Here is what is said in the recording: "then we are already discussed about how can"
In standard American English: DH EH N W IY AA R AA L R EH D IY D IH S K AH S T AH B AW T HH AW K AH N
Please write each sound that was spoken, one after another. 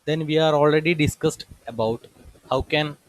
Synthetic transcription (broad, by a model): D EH N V IY AA R AA L R EH D IY D IH S K AH S T AH B AW T HH AW K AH N